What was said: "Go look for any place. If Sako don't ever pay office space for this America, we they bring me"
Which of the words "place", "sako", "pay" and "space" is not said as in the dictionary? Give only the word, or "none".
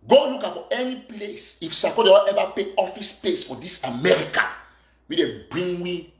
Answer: none